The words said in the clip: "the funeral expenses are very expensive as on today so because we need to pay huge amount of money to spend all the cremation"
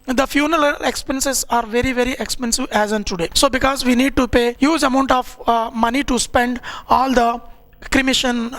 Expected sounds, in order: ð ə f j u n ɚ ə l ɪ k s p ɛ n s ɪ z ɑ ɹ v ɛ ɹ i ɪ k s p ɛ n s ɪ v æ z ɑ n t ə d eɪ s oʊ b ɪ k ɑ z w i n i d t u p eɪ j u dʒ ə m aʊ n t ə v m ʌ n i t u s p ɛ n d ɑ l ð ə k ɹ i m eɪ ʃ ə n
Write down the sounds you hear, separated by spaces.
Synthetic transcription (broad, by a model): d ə f j u n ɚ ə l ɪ k s p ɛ n s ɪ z ɑ ɹ v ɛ ɹ i ɪ k s p ɛ n s ɪ v æ z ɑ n t ə d eɪ s oʊ b ɪ k ɑ z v i n i d t u p eɪ j u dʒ ə m aʊ n t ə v m ʌ n i t u s p ɛ n d ɑ l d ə k ɹ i m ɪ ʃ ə n